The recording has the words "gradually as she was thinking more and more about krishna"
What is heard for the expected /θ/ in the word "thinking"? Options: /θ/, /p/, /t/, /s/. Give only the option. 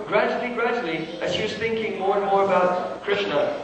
/θ/